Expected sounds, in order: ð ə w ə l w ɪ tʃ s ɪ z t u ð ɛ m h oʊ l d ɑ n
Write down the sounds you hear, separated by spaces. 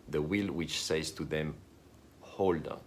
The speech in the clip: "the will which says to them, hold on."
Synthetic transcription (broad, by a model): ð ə w ə l w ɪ tʃ s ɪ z t u ð ɛ m h oʊ l d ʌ